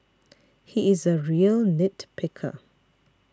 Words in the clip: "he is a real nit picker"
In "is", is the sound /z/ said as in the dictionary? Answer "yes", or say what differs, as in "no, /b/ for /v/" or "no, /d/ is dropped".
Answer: yes